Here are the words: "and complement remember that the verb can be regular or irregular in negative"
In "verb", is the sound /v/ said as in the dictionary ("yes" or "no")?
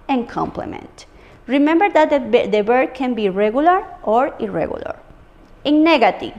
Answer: no